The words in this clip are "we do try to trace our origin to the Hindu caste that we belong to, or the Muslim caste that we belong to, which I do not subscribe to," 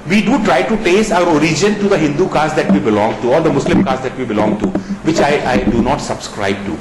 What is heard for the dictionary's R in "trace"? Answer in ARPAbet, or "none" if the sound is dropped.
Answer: none